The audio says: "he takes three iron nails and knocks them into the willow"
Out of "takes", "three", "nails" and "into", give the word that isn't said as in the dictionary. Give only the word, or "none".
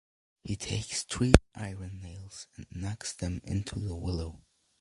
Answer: three